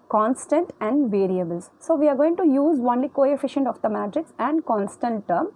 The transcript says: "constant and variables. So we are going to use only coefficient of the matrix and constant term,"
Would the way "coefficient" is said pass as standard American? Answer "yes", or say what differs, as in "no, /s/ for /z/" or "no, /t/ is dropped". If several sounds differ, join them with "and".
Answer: yes